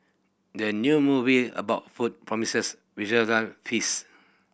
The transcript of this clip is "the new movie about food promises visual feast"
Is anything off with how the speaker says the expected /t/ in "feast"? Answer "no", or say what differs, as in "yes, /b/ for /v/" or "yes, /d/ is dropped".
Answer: yes, /t/ is dropped